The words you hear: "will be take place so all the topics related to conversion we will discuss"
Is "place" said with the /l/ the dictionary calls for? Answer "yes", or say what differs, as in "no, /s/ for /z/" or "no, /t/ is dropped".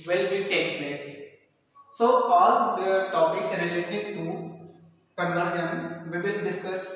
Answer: yes